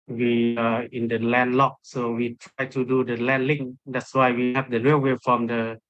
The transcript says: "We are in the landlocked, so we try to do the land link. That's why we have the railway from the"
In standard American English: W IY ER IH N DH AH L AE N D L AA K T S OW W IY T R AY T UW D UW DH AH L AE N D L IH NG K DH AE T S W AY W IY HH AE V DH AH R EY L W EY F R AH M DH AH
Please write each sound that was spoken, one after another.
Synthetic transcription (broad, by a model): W IY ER IH N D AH L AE N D L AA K S OW W IY T R AY T UW D UW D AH L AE N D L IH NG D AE T S W AY W IY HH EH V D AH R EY W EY F R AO M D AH